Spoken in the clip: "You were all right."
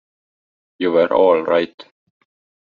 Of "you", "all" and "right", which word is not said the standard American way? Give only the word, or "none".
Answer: none